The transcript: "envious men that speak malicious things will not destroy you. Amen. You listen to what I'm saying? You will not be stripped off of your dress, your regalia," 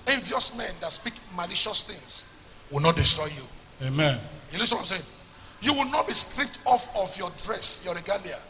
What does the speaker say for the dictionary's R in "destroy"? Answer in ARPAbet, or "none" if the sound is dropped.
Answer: R